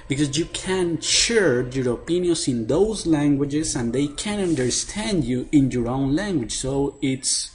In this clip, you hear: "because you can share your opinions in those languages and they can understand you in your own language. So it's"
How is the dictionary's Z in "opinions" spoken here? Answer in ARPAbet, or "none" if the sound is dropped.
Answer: S